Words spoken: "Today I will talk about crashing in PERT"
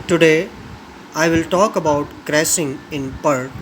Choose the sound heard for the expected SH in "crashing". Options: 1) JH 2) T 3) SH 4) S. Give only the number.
4